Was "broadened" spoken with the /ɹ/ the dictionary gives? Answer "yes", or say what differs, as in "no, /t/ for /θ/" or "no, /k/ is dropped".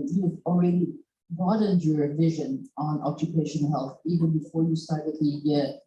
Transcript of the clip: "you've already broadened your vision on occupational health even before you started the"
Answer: no, /ɹ/ is dropped